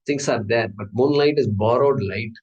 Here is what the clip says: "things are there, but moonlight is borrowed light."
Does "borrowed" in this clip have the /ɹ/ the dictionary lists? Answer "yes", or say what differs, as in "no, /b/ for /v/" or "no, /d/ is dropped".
yes